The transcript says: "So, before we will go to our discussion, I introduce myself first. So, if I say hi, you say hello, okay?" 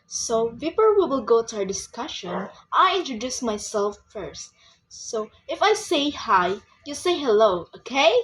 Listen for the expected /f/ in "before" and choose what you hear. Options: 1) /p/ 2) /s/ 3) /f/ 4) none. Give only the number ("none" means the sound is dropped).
1